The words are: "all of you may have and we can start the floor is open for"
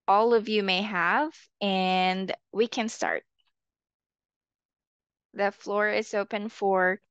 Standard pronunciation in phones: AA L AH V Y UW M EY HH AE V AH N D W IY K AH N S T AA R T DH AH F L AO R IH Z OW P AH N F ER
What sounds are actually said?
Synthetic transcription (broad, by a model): AA L AH V Y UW M EY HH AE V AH N W IY K AH N S T AA R T DH AH F L AO R IH Z OW P AH N F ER